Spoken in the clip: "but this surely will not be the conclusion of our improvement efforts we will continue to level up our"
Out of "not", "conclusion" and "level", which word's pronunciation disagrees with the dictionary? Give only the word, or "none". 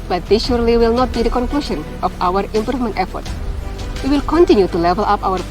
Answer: conclusion